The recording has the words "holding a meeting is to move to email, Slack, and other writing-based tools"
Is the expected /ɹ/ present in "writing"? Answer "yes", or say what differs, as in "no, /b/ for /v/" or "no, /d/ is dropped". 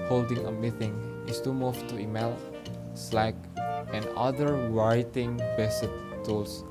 no, /w/ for /ɹ/